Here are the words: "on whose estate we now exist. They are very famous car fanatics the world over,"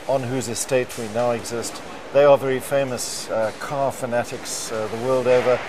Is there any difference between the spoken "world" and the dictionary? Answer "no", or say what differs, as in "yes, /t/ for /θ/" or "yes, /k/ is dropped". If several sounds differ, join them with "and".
no